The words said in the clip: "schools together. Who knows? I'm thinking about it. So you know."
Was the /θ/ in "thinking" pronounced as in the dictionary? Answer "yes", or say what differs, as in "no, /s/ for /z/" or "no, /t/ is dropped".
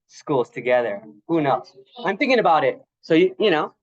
yes